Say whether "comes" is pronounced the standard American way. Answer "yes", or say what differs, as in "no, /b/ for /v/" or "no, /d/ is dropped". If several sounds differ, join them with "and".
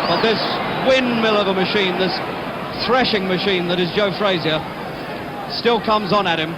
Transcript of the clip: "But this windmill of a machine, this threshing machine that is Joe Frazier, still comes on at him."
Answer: yes